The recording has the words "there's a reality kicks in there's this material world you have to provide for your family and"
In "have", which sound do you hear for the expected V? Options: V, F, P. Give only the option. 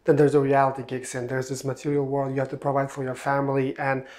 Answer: F